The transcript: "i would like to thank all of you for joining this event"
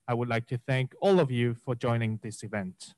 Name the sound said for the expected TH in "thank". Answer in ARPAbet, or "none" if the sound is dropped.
TH